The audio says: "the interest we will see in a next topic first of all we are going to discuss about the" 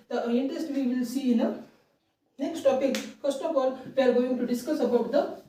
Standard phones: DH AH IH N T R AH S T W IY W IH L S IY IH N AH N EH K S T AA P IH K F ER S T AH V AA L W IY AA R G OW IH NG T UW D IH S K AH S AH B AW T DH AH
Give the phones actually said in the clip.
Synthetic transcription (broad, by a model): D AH IH N T R AH S T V IY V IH L S IY IH N AH N EH K S T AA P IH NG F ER S T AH P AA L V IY AA R G OW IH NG T UW D IH S K AH S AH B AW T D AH